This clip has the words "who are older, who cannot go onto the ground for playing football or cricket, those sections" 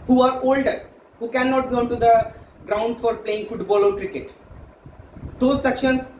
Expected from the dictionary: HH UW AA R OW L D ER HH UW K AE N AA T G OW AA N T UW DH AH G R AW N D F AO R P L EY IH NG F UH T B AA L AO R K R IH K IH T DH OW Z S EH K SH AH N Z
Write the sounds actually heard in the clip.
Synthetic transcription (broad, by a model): HH UW AA R OW L D ER HH UW K AE N AA T G OW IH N T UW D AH G R AW N D F AO R P L EY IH NG F UH T B AA L AO R K R IH K IH T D OW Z S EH K SH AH N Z